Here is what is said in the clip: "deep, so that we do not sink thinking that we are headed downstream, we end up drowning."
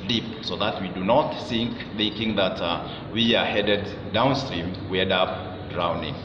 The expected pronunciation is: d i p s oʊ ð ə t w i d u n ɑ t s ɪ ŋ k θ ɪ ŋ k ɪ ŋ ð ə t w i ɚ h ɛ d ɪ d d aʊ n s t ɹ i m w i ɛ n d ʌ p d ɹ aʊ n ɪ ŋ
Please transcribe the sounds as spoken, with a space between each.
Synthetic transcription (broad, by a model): d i p s oʊ ð ə t w i d u n ɑ t θ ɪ ŋ k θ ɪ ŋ k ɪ ŋ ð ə t w i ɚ h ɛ d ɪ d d aʊ n s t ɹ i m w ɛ d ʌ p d ɹ aʊ n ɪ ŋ